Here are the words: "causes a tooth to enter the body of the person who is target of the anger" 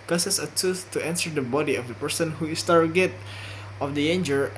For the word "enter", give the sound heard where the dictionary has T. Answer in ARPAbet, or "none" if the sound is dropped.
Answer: S